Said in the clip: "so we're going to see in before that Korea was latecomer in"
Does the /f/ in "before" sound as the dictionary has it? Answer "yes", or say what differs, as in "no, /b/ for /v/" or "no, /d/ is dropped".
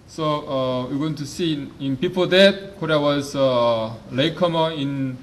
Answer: no, /p/ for /f/